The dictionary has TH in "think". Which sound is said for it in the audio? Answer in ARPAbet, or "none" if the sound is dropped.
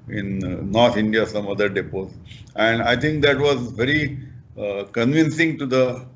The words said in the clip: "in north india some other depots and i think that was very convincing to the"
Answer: T